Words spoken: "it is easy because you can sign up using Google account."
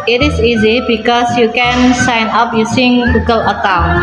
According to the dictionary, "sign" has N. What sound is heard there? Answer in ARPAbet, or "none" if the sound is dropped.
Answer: N